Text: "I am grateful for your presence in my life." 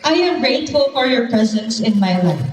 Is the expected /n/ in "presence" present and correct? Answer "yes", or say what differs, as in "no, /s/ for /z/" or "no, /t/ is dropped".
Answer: yes